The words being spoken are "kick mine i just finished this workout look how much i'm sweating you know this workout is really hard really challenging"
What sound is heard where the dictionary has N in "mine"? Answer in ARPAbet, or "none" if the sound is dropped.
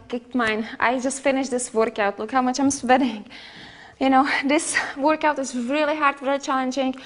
N